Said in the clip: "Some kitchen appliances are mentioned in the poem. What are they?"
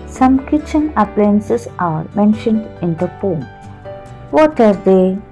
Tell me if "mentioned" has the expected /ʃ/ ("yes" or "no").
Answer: yes